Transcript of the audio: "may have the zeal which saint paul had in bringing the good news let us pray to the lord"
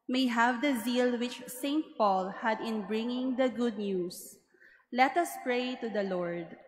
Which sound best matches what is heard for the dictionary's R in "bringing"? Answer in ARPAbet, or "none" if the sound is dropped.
R